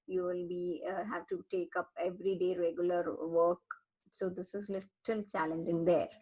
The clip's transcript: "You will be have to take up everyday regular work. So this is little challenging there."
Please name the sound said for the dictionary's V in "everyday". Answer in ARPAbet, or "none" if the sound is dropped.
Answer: V